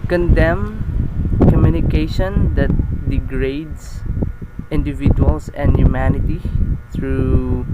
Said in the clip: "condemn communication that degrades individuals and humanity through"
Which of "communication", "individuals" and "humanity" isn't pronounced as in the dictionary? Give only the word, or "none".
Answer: individuals